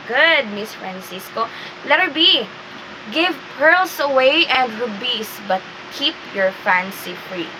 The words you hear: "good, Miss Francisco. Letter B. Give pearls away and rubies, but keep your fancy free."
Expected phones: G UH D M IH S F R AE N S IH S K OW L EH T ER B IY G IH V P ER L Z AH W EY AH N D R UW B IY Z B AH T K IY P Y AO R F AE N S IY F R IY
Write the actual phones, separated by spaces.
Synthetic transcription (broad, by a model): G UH D M IH S F R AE N S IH S K OW L EH T ER B IY G IH V P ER L S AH W EY AH N D R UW B IY S B AH T K IY P Y AO R F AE N S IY F R IY